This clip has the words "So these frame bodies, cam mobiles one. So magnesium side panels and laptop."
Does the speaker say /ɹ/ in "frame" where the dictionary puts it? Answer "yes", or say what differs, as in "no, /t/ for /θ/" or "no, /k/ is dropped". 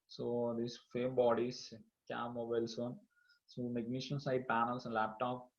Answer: no, /ɹ/ is dropped